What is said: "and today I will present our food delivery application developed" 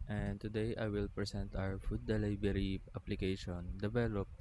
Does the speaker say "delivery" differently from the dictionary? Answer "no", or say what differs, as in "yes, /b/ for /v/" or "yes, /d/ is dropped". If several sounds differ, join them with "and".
yes, /b/ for /v/